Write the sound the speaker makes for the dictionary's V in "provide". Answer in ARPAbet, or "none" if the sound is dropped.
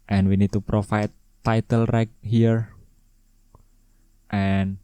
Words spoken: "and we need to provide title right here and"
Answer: F